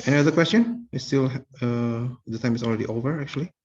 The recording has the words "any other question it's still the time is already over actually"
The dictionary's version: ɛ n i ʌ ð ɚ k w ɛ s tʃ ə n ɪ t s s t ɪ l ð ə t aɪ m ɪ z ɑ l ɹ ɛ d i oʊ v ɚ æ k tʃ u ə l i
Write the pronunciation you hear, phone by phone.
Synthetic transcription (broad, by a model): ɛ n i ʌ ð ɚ k w ɛ s tʃ ə n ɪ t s s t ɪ l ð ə t aɪ m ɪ s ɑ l ɹ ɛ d i oʊ v ɚ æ k tʃ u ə l i